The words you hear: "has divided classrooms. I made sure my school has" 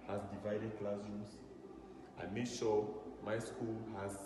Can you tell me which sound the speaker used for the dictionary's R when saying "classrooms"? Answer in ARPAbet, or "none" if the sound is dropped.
none